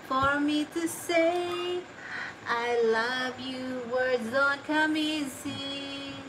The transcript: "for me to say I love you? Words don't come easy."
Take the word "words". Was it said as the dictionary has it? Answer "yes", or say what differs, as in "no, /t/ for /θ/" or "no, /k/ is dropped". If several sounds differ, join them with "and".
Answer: yes